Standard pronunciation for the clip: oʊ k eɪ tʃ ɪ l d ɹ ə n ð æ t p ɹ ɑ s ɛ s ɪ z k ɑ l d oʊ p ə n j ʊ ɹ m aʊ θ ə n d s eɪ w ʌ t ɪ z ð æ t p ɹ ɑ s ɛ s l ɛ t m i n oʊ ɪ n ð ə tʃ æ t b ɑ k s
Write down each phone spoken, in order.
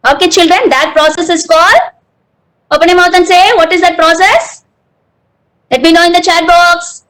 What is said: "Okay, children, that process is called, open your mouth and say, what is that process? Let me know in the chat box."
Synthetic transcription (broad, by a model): oʊ k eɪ tʃ ɪ l d ɹ ə n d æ t p ɹ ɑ s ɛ s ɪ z k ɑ l oʊ p ə n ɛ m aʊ t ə n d s eɪ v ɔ t ɪ z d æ t p ɹ ɑ s ɛ s l ɛ t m i n oʊ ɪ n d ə tʃ æ t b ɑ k s